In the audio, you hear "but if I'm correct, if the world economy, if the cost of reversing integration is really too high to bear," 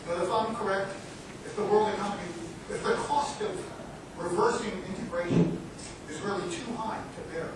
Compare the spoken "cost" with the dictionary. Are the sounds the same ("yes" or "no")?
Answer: yes